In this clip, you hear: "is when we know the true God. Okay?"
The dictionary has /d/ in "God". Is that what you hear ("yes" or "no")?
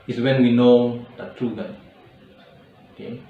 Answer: no